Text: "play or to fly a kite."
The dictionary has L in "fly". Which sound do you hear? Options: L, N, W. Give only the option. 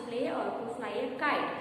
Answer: N